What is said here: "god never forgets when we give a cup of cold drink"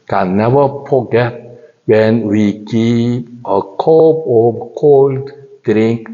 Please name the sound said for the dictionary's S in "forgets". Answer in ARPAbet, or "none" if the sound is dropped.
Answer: none